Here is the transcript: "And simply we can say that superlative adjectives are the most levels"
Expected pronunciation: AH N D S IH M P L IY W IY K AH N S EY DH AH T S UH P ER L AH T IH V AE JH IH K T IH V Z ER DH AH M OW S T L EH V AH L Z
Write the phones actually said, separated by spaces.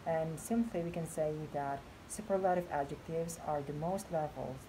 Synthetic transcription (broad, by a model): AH N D S IH M P L IY W IY K AH N S EY DH AH T S UH P ER L AH T IH V AE JH IH K T IH V Z ER DH AH M OW S T L EH V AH L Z